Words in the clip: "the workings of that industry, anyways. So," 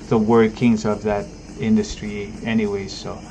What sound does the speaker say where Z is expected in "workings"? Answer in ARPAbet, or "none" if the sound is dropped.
Z